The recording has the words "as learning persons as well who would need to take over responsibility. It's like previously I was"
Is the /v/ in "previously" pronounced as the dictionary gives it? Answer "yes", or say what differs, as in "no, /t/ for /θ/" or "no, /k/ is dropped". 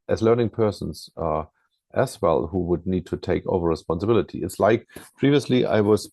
yes